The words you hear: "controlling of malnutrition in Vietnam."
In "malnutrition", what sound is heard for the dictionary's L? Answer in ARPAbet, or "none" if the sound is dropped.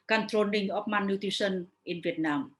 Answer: none